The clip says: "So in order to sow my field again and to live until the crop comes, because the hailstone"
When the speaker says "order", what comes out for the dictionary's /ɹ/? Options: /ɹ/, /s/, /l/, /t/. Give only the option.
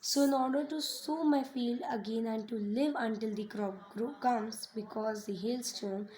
/ɹ/